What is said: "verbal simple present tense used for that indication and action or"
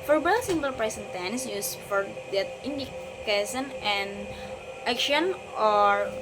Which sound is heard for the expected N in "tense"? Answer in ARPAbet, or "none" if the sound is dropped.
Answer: N